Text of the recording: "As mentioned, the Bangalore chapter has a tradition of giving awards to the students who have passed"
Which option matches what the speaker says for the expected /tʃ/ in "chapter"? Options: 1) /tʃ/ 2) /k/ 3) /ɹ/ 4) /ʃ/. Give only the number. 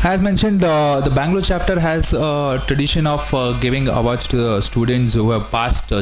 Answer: 1